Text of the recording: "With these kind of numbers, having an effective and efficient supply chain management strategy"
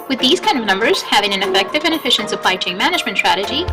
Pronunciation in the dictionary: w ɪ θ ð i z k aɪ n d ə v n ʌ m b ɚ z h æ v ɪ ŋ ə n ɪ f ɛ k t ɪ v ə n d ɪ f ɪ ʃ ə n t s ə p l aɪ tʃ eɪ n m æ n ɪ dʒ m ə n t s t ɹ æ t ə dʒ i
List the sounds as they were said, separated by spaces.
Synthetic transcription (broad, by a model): w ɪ ð i z k aɪ n d ə v n ʌ m b ɚ z h æ v ɪ ŋ ə n ɪ f ɛ k t ɪ v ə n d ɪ f ɪ ʃ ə n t s ə p l aɪ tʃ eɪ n m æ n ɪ dʒ m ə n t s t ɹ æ t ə dʒ i